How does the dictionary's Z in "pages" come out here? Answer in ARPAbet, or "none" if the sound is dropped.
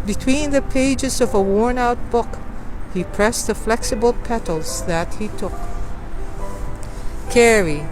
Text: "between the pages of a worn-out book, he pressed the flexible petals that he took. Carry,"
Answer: Z